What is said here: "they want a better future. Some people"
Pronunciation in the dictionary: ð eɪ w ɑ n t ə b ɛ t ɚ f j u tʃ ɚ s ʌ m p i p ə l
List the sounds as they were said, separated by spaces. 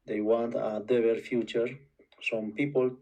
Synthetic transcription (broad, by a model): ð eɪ w ɑ n t ə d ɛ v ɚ f j u tʃ ɚ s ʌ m p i p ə l